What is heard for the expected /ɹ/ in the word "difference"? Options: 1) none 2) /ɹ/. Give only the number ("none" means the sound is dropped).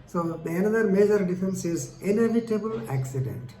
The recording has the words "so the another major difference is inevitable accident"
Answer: 1